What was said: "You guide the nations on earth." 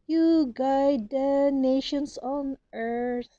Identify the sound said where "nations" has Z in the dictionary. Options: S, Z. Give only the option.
S